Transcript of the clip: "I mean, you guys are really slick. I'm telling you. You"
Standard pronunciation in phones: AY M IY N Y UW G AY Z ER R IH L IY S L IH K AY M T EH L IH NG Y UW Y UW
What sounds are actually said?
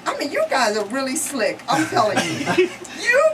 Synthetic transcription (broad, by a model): AY M IY N Y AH G AY Z ER R IH L IY S L IH K AY M T EH L IH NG Y UW Y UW